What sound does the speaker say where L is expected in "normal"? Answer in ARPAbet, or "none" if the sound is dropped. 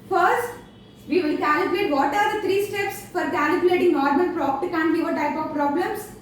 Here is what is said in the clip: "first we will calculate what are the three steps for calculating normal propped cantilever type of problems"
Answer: N